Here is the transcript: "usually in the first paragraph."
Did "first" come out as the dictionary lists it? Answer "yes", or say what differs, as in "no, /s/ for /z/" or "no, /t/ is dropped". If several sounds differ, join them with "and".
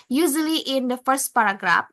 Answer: yes